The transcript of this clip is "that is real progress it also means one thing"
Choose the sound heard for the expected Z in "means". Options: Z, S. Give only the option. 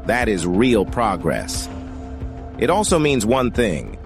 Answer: Z